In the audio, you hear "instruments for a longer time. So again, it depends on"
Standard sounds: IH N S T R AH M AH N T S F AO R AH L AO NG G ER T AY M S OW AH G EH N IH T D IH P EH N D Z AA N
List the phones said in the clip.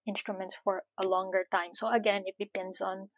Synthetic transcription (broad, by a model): IH N S T R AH M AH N T S F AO R AH L AO NG G ER T AY M S OW AH G EH N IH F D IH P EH N D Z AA N